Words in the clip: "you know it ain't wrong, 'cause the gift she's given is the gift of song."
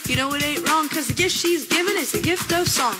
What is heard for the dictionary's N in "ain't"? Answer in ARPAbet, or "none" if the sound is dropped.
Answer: none